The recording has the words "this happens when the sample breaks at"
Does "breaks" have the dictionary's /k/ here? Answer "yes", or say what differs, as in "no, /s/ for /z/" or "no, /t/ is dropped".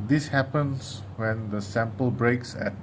yes